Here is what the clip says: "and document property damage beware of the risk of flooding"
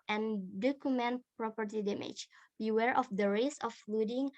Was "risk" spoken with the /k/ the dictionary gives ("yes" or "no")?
no